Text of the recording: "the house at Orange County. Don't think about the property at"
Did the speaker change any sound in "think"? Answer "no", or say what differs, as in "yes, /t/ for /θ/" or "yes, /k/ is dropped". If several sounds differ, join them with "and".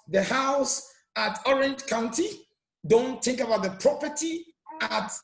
no